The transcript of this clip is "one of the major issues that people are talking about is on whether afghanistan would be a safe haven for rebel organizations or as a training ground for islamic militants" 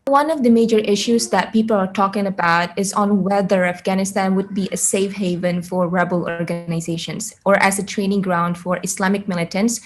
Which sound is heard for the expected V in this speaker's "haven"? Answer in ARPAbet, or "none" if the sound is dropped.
V